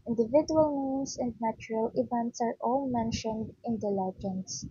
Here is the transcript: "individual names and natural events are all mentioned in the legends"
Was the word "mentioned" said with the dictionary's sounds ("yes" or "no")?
yes